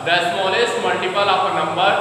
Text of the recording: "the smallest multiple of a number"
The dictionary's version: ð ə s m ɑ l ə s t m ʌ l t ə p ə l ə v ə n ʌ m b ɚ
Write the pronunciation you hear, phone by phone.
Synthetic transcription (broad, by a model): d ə s m ɑ l ə s t m ʌ l t ə p ə l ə p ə n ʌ m b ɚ